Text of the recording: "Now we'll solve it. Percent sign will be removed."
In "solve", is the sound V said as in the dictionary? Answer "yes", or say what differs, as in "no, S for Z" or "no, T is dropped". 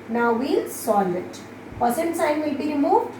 no, V is dropped